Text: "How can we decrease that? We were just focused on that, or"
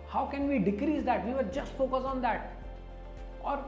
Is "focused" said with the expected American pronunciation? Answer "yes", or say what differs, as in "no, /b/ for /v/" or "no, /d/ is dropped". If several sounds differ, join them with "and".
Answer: no, /t/ is dropped